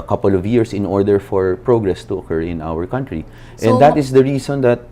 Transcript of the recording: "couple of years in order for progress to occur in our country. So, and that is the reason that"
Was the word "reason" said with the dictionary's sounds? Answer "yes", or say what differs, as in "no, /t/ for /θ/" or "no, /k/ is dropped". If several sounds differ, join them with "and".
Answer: no, /s/ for /z/